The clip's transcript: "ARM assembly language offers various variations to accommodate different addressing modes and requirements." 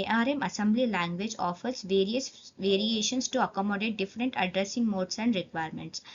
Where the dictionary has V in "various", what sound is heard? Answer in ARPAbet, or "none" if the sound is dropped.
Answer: V